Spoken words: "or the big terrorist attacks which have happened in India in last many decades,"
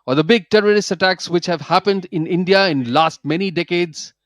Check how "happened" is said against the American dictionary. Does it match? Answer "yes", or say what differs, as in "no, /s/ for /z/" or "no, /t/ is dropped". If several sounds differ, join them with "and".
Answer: yes